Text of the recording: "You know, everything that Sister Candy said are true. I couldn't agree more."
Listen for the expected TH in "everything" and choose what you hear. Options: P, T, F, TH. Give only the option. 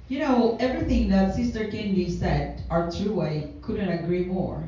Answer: TH